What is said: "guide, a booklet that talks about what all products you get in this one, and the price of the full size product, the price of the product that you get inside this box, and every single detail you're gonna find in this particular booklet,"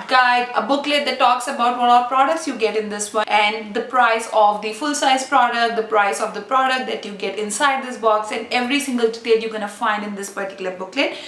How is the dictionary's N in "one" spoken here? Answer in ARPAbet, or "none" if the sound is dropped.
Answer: none